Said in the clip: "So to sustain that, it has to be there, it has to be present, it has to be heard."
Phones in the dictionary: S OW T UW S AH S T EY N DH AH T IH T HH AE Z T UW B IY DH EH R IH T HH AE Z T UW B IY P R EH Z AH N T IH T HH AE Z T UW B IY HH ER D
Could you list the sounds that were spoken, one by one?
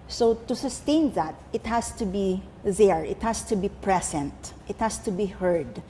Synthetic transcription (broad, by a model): S OW T UW S AH S T EY N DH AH T IH T HH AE S T UW B IY DH EH R IH T HH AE S T UW B IY P R EH S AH N T IH T HH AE S T UW B IY HH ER D